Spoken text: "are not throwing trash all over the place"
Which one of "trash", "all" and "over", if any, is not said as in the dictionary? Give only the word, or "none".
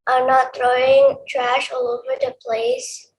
none